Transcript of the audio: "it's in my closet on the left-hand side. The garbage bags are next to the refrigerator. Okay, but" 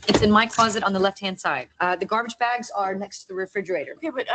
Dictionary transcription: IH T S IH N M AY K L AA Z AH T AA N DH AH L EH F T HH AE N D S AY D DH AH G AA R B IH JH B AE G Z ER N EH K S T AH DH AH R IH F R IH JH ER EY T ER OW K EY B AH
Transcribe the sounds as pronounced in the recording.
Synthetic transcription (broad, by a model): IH T S IH N M AY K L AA Z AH T N DH AH L EH F T HH AE N D S AY D DH AH G AA R B IH JH B AE G Z ER N EH K S T AH DH AH R IH F R IH JH ER EY T ER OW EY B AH